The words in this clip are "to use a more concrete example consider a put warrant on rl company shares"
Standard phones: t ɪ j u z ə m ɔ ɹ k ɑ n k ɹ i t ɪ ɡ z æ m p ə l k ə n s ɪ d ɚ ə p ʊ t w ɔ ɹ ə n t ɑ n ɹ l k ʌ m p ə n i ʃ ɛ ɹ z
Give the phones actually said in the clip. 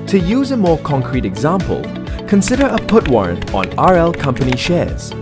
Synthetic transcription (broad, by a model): t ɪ j u z ə m ɔ ɹ k ɑ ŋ k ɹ i t ɪ ɡ z æ m p ə l k ə n s ɪ d ɚ ə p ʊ t w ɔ ɹ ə n t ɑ ɹ l k ʌ m p ə n i ʃ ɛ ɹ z